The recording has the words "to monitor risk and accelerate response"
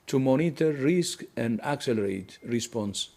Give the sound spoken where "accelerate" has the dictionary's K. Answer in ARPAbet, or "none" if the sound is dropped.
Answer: K